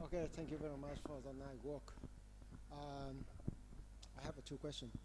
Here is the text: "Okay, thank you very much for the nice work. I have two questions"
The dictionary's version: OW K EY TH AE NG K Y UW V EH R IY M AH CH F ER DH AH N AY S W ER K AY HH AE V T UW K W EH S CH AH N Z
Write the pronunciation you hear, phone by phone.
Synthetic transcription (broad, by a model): OW K EY TH AE NG K Y UW V EH R IY M AH CH F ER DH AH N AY W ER K AY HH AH V T UW K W EH S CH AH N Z